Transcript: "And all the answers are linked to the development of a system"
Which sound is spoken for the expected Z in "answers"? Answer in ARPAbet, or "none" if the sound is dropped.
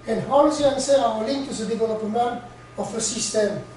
none